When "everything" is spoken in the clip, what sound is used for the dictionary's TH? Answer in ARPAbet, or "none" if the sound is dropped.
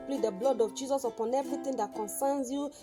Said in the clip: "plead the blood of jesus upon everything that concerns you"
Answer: T